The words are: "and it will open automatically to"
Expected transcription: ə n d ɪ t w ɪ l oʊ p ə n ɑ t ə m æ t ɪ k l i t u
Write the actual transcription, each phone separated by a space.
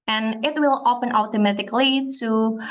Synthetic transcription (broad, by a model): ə n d ɪ t w ɪ l oʊ p ə n ɑ t ə m æ t ɪ k l i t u